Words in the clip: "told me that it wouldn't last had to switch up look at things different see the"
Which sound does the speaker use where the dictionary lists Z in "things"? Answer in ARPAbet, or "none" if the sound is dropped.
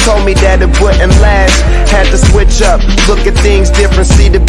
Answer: Z